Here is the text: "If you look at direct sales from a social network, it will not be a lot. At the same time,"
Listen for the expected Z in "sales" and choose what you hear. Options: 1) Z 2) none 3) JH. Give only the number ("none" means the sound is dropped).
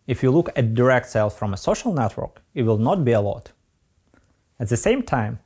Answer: 2